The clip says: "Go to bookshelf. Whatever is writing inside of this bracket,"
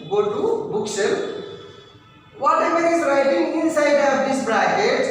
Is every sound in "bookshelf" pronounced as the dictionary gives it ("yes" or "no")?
no